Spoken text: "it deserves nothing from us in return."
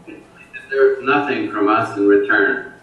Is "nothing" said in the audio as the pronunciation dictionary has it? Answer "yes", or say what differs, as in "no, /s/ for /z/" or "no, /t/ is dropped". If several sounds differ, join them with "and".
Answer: yes